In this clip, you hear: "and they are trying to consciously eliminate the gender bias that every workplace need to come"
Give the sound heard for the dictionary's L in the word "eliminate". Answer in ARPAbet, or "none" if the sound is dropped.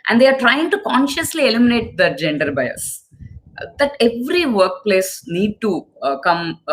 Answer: L